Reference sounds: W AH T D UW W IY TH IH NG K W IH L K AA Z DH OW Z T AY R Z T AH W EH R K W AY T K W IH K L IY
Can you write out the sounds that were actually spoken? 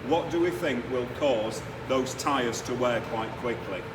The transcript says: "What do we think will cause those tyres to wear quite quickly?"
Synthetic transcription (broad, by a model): W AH T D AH W IY TH IH NG K W IH L K AA Z DH OW Z T AY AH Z T AH W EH K W AY T K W IH K L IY